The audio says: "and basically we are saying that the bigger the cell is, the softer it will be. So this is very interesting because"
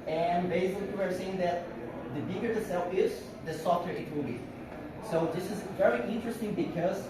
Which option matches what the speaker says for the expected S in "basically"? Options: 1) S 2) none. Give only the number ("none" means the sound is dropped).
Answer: 2